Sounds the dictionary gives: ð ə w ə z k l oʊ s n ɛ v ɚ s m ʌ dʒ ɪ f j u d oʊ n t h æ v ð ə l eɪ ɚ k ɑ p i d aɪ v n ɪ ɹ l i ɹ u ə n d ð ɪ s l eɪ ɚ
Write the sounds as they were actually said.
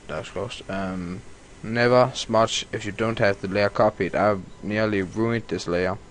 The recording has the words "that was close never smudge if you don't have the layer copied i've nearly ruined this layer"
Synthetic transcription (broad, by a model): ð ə s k oʊ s n ɛ v ɚ s m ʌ tʃ ɪ f j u d oʊ n t h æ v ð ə l eɪ ɚ k ɑ p i d aɪ v n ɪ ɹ l i ɹ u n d ð ɪ s l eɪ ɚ